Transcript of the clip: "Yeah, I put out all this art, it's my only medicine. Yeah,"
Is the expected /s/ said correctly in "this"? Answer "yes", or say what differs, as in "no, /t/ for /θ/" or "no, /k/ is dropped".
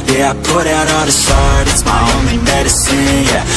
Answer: no, /ʃ/ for /s/